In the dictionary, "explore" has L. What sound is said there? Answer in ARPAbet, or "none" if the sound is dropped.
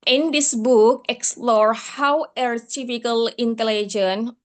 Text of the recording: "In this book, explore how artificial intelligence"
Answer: L